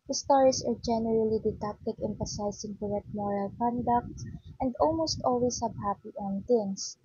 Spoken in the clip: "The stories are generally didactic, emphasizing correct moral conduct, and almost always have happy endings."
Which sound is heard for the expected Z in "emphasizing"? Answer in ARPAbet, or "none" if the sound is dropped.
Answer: S